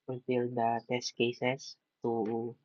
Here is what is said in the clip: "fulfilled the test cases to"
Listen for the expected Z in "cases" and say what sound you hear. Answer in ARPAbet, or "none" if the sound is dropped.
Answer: S